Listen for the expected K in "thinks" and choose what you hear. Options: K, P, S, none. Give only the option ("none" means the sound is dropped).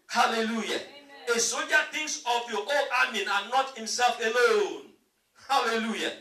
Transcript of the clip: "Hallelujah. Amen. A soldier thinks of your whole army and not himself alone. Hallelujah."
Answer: none